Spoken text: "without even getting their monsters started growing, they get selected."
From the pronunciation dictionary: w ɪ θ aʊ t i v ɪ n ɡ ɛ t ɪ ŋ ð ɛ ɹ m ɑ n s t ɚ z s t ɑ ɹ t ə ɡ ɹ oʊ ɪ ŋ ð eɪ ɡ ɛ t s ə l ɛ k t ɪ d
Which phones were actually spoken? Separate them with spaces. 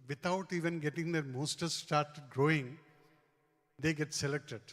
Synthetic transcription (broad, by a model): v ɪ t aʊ t i v ɪ n ɡ ɛ t ɪ ŋ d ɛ ɹ m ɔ s t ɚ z s t ɑ ɹ t ɡ ɹ oʊ ɪ ŋ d eɪ ɡ ɛ t s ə l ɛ k t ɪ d